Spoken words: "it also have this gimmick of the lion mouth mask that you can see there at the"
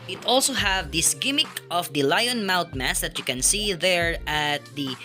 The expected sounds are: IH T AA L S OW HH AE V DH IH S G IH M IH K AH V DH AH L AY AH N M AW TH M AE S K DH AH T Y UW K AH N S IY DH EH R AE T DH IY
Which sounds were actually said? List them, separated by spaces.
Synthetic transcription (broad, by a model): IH T AA L S OW HH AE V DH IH S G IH M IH K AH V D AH L AY AH N M AW T M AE S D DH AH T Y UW K AH N S IY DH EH R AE T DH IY